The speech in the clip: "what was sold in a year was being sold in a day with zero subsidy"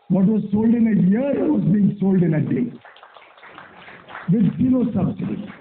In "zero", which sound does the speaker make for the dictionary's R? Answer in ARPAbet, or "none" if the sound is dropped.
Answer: L